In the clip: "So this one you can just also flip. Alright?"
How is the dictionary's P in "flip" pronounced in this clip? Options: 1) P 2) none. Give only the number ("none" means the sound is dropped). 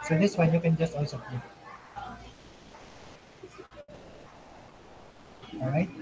2